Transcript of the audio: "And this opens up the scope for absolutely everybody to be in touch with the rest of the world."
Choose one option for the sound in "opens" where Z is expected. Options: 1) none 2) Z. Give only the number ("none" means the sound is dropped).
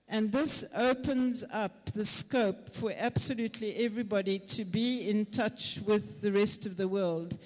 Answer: 2